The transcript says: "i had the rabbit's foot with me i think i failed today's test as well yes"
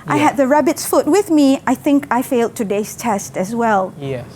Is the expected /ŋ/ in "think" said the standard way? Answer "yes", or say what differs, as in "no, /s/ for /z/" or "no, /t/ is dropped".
yes